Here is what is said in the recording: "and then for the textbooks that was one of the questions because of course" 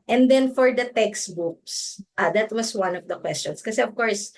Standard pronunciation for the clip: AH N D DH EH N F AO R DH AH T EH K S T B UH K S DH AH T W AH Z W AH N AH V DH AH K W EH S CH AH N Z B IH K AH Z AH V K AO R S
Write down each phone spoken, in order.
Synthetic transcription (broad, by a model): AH N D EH N F AO R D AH T EH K S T B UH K S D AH T W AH S W AH N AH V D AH K W EH S CH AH N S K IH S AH AH V K AO R S